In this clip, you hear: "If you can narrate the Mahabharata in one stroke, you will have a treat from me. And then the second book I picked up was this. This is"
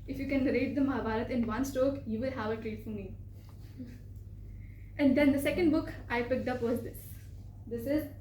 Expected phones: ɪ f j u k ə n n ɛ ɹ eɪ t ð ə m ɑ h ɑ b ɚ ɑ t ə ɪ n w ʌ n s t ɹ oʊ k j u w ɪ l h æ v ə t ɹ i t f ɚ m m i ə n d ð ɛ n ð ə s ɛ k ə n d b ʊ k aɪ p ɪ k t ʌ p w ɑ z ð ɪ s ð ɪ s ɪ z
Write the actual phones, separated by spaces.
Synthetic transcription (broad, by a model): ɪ f j u k ə n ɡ ɹ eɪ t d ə m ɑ h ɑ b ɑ t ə ɪ n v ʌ n s t oʊ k j u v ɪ l h æ v ə t ɹ i t f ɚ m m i ə n d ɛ n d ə s ɛ k ə n d b ʊ k aɪ p ɪ k t ʌ p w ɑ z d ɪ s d ɪ s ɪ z